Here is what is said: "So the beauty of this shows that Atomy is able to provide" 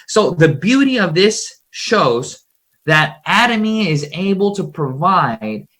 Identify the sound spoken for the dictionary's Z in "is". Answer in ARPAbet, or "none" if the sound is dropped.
Z